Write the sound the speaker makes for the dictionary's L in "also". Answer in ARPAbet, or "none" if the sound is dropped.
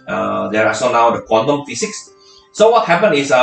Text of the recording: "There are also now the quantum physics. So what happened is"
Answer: none